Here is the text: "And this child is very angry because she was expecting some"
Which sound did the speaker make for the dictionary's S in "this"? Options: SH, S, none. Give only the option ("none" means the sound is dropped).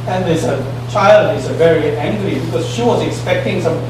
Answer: none